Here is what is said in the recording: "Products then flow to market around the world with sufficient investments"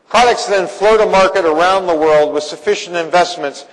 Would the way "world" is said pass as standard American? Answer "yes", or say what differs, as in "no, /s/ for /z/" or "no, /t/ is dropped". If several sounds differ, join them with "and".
yes